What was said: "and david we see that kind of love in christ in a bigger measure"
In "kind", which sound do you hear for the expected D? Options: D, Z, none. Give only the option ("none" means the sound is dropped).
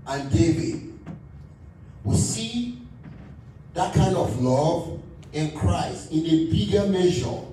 D